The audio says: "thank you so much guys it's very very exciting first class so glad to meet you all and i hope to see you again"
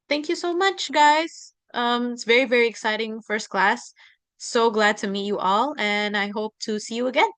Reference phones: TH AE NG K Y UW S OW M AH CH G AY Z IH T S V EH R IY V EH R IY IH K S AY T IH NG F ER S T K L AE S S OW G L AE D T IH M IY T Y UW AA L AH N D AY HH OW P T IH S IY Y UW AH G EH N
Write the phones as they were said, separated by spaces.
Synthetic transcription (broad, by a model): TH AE NG K Y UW S OW M AH CH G AY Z IH T S V EH R IY V EH R IY IH K S AY T IH NG F ER S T K L AE S S OW G L AE D T IH M IY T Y AA L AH N AY HH OW P T IH S IY Y UW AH G EH N